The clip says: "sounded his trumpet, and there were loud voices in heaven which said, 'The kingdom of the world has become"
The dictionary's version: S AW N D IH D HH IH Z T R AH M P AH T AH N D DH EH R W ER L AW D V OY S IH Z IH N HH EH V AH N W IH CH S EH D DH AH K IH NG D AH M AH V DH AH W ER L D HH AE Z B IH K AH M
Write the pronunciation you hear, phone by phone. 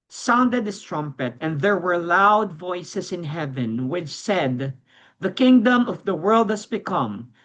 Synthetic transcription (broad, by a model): S AW N D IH D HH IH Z T R AH M P AH T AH N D DH EH R W ER L AW D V OY S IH S IH N HH EH V AH N W IH CH S EH D DH AH K IH NG D AH M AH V DH AH W ER L D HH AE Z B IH K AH M